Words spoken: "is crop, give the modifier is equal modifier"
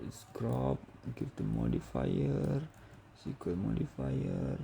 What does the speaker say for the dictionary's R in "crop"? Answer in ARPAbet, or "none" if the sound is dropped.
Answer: R